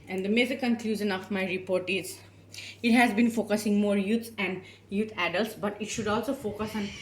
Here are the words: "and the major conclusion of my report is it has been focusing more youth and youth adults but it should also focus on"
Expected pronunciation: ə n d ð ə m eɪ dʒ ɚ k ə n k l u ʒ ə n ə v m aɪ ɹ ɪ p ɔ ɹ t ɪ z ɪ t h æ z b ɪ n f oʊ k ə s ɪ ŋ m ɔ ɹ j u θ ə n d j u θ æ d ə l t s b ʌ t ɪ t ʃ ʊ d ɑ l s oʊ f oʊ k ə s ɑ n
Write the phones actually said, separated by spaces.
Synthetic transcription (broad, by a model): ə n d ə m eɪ z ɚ k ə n k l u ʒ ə n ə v m aɪ ɹ ɪ p ɔ ɹ t ɪ z ɪ t h æ z b ɪ n f oʊ k ə s ɪ ŋ m ɔ ɹ j u s ə n d j u t æ d ə l t s b ʌ t ɪ t ʃ ʊ d ɑ l s oʊ f oʊ k ə s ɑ n